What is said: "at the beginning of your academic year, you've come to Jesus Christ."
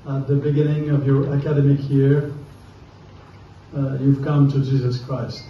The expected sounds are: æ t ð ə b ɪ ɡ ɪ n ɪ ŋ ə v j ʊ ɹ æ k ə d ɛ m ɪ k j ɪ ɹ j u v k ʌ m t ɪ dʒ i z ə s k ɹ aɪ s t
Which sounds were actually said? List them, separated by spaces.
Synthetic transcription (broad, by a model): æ t ð ə b ɪ ɡ ɪ n ɪ ŋ ə v j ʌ ɹ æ k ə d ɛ m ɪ k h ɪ ɹ j u v k ʌ m t ɪ dʒ i z ə s k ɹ aɪ s t